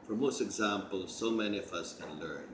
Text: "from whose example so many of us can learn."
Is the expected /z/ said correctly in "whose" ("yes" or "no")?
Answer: no